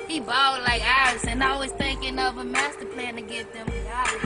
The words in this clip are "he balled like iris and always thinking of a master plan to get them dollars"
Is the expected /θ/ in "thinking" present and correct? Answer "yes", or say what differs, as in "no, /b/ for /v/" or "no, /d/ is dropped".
yes